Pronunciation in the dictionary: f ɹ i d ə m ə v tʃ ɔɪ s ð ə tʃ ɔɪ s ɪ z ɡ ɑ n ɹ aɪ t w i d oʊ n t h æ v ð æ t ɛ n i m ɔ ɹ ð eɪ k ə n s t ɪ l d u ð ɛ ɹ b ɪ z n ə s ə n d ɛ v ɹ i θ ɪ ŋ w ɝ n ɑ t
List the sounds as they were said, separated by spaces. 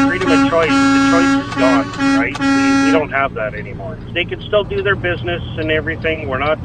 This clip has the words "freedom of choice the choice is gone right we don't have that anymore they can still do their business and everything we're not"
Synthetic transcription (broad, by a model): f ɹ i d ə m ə tʃ ɔɪ s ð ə tʃ ɔɪ s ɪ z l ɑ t ɹ aɪ t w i d oʊ n t h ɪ v ð æ t ɛ n i m ɔ ɹ ð eɪ k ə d s t ɪ l d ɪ ð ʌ ɹ b ɪ z n ə s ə n ɛ v ɹ i θ ɪ ŋ w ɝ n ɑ t